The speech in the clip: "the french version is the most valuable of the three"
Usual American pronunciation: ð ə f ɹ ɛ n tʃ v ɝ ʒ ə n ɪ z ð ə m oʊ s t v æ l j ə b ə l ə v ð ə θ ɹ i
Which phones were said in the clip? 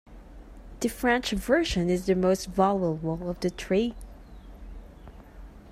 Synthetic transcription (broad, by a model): ð ə f ɹ ɛ n tʃ v ɝ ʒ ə n ɪ z ð ə m oʊ s t v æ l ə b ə l ə v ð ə t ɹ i